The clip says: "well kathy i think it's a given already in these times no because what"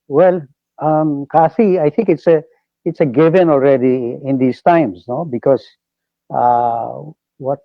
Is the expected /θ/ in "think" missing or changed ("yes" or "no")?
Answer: yes